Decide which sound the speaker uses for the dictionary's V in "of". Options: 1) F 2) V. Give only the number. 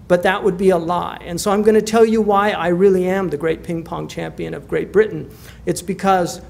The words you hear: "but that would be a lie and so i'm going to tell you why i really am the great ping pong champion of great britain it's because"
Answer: 2